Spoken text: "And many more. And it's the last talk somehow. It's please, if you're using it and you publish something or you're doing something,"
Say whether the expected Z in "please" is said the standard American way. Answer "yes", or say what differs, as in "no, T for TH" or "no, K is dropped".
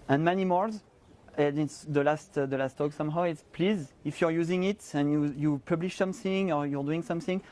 yes